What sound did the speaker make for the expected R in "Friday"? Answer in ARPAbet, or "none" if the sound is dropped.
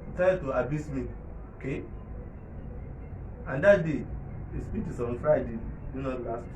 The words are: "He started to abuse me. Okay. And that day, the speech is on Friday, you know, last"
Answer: R